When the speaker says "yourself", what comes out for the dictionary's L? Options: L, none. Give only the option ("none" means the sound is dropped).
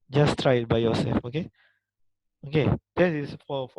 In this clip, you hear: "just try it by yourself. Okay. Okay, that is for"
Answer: none